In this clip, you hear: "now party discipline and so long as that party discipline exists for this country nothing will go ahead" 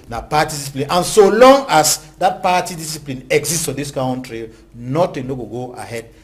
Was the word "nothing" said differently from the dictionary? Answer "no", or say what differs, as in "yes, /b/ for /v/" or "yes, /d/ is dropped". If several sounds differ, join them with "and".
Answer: yes, /t/ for /θ/